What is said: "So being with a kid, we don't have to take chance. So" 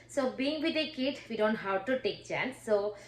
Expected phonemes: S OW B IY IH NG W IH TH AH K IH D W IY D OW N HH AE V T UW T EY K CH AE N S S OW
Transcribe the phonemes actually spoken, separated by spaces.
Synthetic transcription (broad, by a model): S OW B IY IH NG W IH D AH K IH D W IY D OW N HH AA W T UW T EY K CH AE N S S OW